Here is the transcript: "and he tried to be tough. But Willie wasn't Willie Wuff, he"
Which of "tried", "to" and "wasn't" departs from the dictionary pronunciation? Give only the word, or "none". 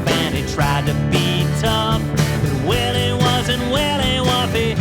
none